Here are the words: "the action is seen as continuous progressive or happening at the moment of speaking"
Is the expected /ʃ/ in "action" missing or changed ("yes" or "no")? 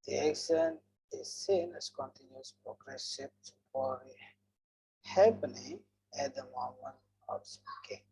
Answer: yes